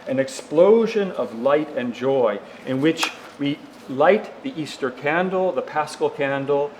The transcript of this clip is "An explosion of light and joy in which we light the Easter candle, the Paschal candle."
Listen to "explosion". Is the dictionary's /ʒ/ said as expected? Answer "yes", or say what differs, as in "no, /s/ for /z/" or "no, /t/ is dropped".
yes